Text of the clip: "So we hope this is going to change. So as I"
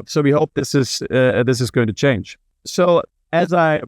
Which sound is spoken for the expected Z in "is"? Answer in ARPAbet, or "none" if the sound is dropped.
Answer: Z